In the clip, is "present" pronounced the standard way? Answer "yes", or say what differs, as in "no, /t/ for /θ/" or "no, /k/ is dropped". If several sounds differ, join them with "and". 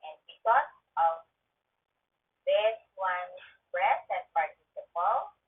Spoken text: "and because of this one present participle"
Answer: no, /b/ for /p/